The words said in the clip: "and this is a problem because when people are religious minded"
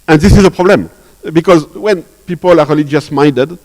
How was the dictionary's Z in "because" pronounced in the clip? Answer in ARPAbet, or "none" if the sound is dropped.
Z